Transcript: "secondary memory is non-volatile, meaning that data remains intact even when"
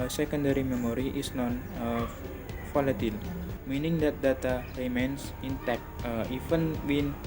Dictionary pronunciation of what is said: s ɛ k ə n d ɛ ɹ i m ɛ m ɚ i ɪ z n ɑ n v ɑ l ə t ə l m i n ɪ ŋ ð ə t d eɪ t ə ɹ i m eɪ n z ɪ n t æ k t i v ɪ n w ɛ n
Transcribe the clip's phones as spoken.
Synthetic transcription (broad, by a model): s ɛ k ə n d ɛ ɹ i m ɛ m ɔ i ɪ s n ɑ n f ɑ l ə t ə l m i n ɪ ŋ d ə t d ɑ t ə ɹ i m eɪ n s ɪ n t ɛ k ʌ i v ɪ n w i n